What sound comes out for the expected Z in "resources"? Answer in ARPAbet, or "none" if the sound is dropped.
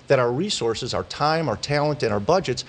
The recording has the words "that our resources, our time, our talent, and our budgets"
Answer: Z